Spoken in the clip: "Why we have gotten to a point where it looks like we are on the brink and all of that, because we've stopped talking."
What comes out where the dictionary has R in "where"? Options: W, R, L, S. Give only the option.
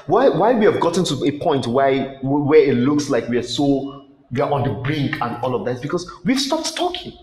W